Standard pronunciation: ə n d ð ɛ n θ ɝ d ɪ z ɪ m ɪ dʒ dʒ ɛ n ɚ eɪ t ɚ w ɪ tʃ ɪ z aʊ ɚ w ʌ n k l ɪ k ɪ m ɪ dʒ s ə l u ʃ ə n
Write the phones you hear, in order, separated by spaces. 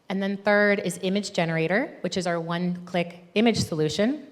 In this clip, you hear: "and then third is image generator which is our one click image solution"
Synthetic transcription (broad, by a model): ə n ð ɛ n θ ɝ d ɪ z ɪ m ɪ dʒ dʒ ɛ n ɚ eɪ t ɚ w ɪ tʃ ɪ z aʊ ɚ w ʌ n k l ɪ k ɪ m ɪ dʒ s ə l u ʃ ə n